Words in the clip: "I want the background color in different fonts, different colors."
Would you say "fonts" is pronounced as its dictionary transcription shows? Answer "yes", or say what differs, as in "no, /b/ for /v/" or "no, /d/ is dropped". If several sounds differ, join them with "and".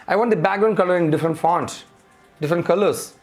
yes